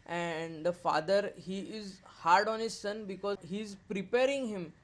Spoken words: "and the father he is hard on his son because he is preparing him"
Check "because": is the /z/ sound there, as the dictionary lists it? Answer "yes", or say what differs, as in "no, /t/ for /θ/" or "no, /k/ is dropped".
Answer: no, /z/ is dropped